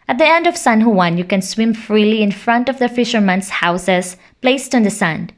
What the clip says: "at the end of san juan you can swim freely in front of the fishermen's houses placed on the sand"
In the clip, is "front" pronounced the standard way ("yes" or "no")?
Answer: yes